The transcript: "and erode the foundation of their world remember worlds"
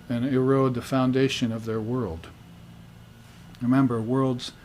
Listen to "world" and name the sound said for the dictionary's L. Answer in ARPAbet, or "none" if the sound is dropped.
L